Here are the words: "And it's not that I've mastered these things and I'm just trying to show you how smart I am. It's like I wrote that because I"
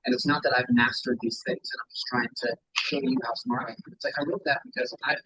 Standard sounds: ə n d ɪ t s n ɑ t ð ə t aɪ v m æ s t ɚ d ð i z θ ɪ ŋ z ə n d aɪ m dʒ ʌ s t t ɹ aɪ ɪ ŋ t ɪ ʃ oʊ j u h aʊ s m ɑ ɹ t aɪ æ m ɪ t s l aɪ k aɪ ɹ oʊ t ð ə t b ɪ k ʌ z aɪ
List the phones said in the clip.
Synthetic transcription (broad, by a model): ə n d ɪ t s n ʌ t ð ə t aɪ v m æ s t ɚ d ð i z θ ɪ ŋ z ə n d aɪ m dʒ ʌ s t t ɹ aɪ ɪ ŋ t ɪ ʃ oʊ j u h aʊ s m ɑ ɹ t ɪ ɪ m ɪ t s l aɪ k aɪ l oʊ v ð ə t b ɪ k ʌ z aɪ